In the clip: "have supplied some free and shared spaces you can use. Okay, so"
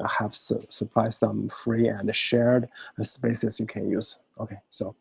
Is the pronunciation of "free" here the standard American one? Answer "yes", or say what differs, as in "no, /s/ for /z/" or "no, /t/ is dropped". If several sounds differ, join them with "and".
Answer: yes